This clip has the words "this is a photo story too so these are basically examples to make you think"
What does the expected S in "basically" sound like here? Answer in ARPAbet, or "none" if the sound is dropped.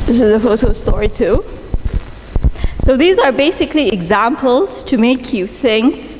S